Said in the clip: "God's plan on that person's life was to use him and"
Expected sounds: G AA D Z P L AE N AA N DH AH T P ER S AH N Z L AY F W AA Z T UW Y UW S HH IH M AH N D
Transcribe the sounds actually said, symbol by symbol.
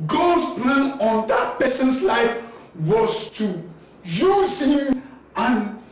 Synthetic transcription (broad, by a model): G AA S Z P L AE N AA N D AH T P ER S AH N S L AY F W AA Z T UW Y UW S HH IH M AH N